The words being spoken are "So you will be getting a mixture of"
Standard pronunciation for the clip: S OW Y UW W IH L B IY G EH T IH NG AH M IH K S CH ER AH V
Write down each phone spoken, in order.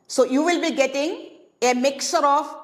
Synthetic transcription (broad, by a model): S OW Y UW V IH L B IY G EH T IH NG AH M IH K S ER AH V